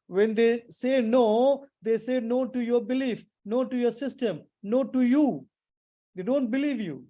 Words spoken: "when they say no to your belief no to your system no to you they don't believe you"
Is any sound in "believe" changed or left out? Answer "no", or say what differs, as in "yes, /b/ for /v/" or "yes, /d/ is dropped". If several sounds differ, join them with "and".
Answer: no